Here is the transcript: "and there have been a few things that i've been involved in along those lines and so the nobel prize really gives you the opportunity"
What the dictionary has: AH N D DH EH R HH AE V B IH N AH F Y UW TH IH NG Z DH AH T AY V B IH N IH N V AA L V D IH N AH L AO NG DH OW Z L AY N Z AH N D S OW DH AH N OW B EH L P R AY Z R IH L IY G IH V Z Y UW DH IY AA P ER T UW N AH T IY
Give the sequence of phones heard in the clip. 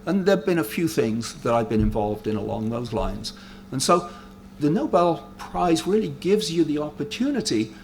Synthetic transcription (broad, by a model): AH N DH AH R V B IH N AH F Y UW TH IH NG Z DH AH T AY V B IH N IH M V AA L V D IH N AH L AO NG DH OW Z L AY N Z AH N S OW DH AH N OW B EH L P R AY Z R IH L IY G IH V Z Y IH DH IY AA P ER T UW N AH T IY